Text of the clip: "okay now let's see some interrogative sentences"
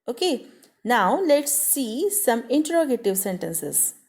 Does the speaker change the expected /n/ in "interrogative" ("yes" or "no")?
no